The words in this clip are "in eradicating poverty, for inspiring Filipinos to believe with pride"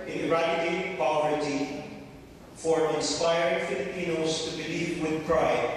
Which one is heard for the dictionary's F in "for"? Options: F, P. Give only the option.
F